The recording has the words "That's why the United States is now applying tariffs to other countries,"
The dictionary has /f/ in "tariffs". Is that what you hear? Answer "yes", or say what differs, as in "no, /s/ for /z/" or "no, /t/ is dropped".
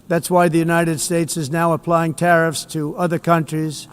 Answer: yes